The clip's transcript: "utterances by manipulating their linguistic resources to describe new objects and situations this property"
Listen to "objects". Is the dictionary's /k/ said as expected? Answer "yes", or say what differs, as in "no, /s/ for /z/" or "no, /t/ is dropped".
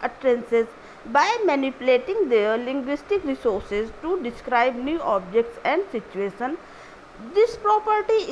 yes